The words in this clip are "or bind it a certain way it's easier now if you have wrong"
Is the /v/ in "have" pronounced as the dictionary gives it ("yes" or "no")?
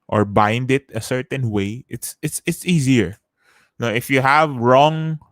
yes